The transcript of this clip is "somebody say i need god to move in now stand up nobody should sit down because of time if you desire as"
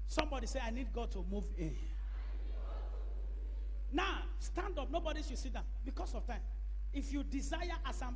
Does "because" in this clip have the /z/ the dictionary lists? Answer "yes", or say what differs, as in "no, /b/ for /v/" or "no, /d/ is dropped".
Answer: no, /s/ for /z/